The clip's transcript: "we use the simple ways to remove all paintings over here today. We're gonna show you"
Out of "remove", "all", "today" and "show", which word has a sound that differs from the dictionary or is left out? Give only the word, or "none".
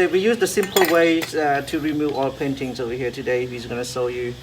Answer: show